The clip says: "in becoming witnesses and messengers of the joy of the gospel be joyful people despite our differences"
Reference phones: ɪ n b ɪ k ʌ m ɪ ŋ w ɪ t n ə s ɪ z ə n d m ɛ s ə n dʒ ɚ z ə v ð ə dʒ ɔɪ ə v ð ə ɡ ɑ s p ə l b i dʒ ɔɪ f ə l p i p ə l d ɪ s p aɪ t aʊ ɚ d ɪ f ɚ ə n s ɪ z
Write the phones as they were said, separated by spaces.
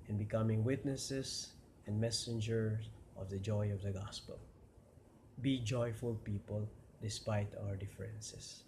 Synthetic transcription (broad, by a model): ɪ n b ɪ k ʌ m ɪ ŋ w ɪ t n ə s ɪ s ə n d m ɛ s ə n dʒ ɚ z ə v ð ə dʒ ɔɪ ə v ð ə ɡ ɑ s p ə l b i dʒ ɔɪ f ə l p i p ə l d ɪ s p aɪ t aʊ ɚ d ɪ f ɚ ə n s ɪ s